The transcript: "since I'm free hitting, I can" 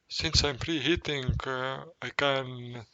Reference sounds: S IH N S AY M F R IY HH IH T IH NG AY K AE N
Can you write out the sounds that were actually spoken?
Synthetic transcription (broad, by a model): S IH N S AY M P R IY HH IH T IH NG AY K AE N